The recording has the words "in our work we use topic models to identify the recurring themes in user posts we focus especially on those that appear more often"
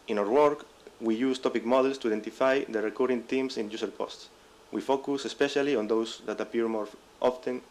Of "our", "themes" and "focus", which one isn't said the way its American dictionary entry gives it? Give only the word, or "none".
themes